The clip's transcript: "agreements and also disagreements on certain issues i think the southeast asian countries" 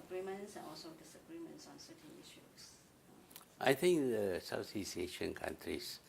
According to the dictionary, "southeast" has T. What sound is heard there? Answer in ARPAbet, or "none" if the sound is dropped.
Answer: none